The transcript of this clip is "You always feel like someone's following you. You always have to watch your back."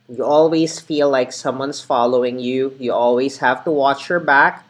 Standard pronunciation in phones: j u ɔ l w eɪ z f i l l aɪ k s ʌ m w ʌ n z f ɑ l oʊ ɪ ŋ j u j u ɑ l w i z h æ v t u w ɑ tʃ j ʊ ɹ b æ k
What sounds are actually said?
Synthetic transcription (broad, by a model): j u ɔ l w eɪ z f i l l aɪ k s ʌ m w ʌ n s f ɑ l oʊ ɪ ŋ j u j u ɑ l w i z h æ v t u w ɑ tʃ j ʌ ɹ b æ k